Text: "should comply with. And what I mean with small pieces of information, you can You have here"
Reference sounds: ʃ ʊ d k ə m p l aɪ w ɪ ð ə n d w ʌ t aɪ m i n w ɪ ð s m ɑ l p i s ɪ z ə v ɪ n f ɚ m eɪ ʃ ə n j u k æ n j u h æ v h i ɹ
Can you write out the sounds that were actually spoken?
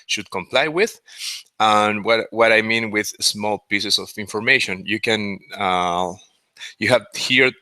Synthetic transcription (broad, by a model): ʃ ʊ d k ə m p l aɪ w ɪ ð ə n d w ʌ t aɪ m i n w ɪ ð s m ɑ l p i s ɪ s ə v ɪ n f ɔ m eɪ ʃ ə n j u k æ n j u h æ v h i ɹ